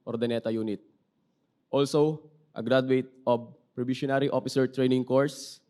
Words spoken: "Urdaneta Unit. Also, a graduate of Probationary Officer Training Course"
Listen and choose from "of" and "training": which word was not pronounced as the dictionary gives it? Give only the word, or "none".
of